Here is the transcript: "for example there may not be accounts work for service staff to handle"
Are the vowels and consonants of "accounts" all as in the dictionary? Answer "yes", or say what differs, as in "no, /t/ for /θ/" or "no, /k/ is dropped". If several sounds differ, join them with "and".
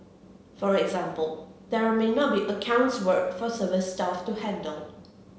yes